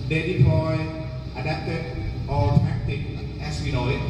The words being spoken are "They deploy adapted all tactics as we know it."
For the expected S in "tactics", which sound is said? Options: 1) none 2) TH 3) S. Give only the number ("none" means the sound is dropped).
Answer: 1